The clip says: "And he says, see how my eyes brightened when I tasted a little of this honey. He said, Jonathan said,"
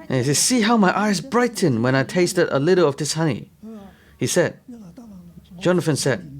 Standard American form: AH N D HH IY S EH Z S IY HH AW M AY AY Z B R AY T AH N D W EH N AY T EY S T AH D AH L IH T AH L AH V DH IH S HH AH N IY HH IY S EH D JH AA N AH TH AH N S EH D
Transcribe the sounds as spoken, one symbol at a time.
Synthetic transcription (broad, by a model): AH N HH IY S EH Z S IY HH AW M AY AY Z B R AY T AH N W EH N AY T EY S T AH D AH L IH T AH L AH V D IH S HH AH N IY HH IY S EH D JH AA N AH F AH N S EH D